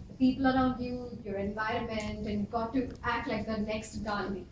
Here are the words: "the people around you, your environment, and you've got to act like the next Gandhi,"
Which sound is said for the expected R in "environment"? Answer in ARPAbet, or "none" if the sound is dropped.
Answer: R